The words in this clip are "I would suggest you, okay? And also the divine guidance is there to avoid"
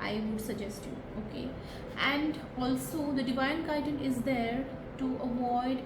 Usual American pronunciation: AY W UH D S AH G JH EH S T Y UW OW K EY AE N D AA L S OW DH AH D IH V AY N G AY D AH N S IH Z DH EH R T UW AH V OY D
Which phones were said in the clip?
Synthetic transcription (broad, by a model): AY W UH D S AH G JH EH S T Y UW OW K EY AE N D AA L S OW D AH D IH V AY N G AY D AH N IH Z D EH R T UW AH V OY D